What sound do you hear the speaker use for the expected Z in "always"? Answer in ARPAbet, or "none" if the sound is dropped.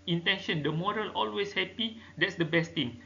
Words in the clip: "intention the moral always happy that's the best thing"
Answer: S